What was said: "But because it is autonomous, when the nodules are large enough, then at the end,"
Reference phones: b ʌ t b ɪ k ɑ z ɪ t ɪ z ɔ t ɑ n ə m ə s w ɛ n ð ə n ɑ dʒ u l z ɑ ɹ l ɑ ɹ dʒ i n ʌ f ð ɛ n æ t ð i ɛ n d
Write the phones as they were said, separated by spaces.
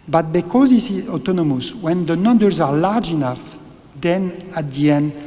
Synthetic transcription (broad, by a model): b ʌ t b ɪ k ɑ z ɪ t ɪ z ɔ t ɑ n ə m ə s w ɛ n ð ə n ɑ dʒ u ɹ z ɑ ɹ l ɑ ɹ dʒ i n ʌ f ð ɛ n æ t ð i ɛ n d